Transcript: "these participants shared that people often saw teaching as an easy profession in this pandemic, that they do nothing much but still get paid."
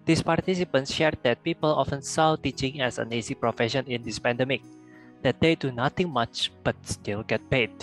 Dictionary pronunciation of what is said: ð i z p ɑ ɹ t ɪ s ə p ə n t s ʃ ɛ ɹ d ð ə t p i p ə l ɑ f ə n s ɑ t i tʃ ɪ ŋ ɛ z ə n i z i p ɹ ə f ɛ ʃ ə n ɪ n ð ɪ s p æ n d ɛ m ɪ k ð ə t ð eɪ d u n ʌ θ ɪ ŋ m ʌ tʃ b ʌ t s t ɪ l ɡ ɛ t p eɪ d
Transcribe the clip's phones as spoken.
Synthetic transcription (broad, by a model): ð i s p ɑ ɹ t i s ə p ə n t s ʃ ɛ ɹ d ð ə t p i p ə l ɑ f ə n s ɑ t i tʃ ɪ ŋ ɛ s ə n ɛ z i p ɹ ə f ɛ ʃ ə n ɪ n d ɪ s p æ n d ɛ m ɪ k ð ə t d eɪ d u n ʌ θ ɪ ŋ m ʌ tʃ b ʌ t s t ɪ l ɡ ɛ t p eɪ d